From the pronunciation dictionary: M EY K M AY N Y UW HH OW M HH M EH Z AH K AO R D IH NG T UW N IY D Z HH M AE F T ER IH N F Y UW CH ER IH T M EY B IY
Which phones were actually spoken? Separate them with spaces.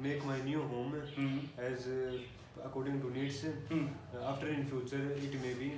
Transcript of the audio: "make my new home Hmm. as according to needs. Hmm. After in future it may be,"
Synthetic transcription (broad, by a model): M EY K M AY N Y UW HH OW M M EH Z AH K AO R D IH NG T UW N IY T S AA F T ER IH N F Y UW CH ER IH T M EY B IY